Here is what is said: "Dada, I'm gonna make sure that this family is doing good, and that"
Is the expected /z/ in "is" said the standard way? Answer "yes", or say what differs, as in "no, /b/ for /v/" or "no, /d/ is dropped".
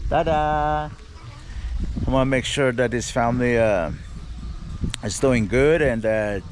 yes